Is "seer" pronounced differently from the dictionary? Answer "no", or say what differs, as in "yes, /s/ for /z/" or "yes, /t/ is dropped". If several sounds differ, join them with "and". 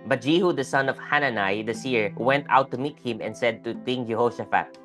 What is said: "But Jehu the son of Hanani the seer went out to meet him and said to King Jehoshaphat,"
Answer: no